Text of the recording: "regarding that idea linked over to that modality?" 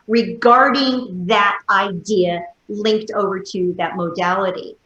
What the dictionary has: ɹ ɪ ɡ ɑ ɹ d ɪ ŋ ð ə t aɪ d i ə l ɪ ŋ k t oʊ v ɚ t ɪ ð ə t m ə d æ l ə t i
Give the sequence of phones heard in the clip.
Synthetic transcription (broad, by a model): ɹ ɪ ɡ ɑ ɹ d ɪ ŋ ð ə t aɪ d i ə l ɪ ŋ k t oʊ v ɚ t ɪ ð ə t m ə d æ l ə t i